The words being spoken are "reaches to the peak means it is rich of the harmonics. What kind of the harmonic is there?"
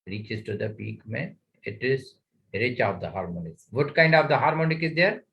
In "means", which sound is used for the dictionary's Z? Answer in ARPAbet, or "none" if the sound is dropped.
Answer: none